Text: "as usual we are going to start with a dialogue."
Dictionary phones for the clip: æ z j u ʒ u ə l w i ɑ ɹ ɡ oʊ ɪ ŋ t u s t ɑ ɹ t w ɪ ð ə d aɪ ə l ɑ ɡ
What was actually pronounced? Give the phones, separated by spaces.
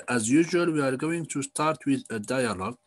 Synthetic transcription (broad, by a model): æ z j u ʒ u ə l w i ɑ ɹ ɡ oʊ ɪ ŋ t u s t ɑ ɹ t w ɪ ð ə d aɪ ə l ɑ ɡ